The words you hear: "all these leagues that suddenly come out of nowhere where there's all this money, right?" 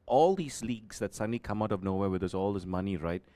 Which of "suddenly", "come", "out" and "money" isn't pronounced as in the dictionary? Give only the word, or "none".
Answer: none